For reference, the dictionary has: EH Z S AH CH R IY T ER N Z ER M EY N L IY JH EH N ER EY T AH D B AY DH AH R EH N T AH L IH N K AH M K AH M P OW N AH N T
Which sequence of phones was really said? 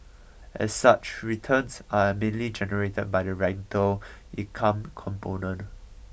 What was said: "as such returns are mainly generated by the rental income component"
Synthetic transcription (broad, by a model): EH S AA CH R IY T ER N S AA M EY N L IY JH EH N ER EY T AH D B AY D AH R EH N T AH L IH K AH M K AH M P OW N AH N T